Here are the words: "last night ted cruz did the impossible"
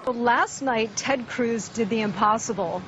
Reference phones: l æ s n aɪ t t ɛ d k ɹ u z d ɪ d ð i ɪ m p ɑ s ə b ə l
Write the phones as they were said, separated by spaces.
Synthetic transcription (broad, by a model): l æ s n aɪ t t ɛ d k ɹ u z d ɪ d ð i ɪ m p ɑ s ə b l